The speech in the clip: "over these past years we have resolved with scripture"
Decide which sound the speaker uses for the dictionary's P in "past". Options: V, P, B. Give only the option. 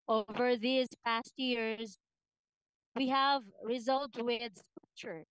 P